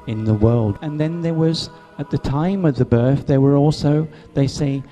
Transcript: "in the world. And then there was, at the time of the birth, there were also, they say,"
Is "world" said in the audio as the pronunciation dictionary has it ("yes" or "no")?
yes